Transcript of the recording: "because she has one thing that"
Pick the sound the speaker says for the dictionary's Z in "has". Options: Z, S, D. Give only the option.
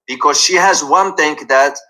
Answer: Z